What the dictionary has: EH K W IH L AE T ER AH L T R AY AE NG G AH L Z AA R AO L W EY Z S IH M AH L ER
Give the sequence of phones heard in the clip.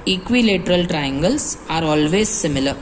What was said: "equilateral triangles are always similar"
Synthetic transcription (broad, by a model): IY K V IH L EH T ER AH L T R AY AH NG G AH L S AA R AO L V EY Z S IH M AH L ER